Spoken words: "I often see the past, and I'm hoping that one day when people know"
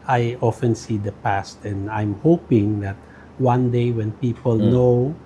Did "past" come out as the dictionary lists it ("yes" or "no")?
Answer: yes